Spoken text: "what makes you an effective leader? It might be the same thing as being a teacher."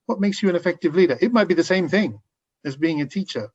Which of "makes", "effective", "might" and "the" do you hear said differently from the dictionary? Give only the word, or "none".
none